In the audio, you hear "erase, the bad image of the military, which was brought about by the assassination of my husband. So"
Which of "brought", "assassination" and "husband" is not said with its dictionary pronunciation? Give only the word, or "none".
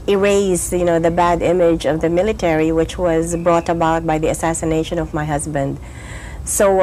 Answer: none